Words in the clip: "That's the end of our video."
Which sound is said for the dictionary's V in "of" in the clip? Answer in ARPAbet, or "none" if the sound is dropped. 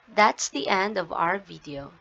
V